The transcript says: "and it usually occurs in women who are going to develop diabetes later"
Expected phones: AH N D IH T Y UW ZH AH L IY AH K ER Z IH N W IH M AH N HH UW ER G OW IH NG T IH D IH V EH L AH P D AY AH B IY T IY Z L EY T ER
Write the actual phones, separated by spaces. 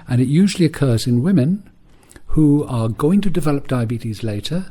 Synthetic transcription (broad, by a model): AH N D IH T Y UW ZH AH L IY AH K ER Z IH N W IH M AH N HH UW ER G OW IH NG T IH D IH V EH L AH P D AY AH B IY T IY Z L EY T ER